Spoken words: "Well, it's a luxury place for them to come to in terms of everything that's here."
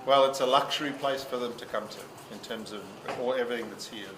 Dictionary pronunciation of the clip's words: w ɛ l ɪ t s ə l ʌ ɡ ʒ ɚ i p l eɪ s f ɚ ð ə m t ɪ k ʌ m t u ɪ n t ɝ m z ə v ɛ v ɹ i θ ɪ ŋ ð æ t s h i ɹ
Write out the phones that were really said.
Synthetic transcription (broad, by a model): w ɛ l ɪ t s ə l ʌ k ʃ ɚ i p l eɪ s f ɚ ð ə m t ɪ k ʌ m t u ɪ n t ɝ m z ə v ɛ v ɹ i θ ɪ ŋ ð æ t s h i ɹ